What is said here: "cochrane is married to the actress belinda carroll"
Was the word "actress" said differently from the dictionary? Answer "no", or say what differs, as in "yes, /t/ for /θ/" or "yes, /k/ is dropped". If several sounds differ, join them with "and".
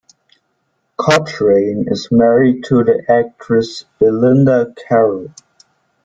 no